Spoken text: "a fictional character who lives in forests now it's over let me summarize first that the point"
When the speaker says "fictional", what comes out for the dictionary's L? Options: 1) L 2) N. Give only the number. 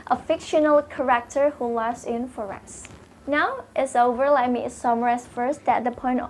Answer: 1